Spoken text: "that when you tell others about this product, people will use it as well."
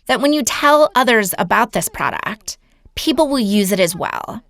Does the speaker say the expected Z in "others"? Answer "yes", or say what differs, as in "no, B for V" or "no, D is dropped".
yes